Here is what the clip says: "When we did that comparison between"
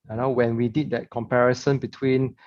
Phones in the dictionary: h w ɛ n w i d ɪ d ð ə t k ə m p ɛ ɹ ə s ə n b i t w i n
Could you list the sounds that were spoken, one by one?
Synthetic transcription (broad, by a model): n w ɛ n w i d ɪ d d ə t k ə m p ɛ ɹ ə s ə n b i t w i n